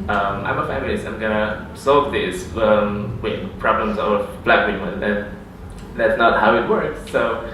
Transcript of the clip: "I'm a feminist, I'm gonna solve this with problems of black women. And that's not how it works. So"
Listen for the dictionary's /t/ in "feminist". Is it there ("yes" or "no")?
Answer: no